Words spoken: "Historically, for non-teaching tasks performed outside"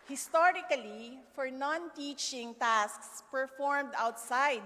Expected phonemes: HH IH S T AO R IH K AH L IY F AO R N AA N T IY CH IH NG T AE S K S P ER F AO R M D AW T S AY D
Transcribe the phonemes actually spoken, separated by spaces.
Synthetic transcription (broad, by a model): HH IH S T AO R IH K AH L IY F AO R N AA N T IY CH IH NG T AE S K S P ER F AO R M D AW T S AY D